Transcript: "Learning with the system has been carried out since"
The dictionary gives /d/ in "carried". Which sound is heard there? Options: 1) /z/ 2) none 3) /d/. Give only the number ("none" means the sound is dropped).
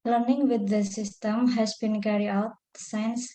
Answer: 2